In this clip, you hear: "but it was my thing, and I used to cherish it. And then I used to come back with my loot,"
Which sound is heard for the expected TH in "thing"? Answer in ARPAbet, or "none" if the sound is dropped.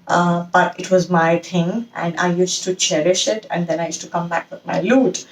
T